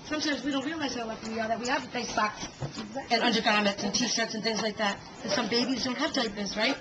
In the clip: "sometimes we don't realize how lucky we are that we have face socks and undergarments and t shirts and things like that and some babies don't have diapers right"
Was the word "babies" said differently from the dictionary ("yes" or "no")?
no